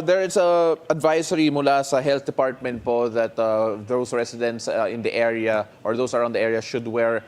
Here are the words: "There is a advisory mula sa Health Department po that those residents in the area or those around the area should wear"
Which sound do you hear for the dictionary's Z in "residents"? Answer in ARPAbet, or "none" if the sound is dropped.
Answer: S